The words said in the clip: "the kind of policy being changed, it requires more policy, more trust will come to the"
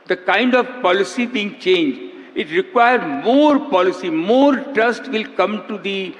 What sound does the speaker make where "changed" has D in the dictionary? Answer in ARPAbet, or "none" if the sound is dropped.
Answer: none